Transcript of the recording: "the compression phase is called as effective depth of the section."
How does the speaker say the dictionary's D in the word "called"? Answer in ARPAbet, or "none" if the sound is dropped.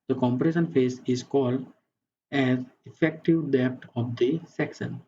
D